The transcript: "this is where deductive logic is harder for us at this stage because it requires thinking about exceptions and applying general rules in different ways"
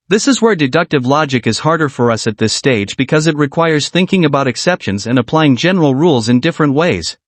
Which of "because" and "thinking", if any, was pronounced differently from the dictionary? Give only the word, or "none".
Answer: none